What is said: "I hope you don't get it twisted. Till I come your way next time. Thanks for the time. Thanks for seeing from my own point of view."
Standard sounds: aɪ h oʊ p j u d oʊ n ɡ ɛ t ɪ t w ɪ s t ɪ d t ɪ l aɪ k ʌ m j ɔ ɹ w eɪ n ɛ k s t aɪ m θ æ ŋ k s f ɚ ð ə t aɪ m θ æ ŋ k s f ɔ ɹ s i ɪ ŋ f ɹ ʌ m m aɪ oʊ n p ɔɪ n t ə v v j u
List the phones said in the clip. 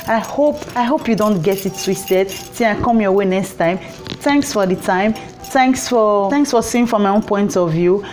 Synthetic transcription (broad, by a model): aɪ h oʊ p j u d oʊ n ɡ ɛ t ɪ t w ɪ s t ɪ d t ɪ n aɪ k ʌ m j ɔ w eɪ n ɛ k s t aɪ m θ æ ŋ k s f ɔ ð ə t aɪ m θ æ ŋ k s f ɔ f s i ɪ ŋ f ɹ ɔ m m aɪ oʊ n p ɔɪ n t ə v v j u